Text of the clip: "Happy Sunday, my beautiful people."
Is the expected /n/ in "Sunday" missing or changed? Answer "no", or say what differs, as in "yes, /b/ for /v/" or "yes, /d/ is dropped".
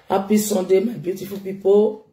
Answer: yes, /n/ is dropped